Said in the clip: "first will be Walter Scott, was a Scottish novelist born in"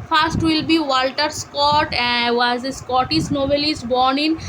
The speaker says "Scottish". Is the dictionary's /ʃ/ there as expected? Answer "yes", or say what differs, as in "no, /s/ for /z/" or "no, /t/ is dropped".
no, /s/ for /ʃ/